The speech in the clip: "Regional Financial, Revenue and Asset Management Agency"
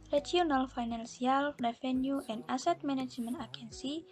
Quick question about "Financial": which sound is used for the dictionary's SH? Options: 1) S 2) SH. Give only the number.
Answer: 1